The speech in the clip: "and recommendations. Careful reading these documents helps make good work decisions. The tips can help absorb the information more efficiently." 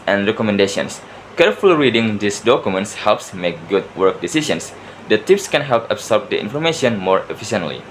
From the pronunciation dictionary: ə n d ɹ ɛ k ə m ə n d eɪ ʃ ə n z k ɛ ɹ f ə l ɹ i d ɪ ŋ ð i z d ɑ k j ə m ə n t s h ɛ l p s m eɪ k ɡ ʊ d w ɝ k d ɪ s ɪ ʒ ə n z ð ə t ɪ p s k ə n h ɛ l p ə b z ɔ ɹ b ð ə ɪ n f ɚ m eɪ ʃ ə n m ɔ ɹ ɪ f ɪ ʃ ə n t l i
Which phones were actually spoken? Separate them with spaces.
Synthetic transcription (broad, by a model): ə n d ɹ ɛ k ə m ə n d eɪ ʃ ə n s k ɛ ɹ f ə l ɹ i d ɪ ŋ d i s d ɑ k j ə m ə n t s h ɛ l p s m eɪ k ɡ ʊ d w ɝ k d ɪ s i ʃ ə n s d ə t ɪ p s k ə n h ɛ l p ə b s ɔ ɹ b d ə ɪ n f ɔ m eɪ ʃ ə n m ɔ ɹ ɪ f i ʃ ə n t l i